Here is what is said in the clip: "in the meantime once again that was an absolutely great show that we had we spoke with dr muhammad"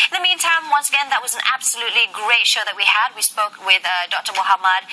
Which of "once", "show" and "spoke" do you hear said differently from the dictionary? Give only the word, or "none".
none